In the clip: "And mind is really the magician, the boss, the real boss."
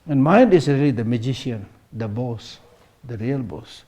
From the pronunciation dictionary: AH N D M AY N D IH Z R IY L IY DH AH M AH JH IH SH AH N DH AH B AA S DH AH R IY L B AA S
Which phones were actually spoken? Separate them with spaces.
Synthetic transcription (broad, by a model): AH N M AY N D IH S R IY L IY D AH M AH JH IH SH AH N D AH B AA S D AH R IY L B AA S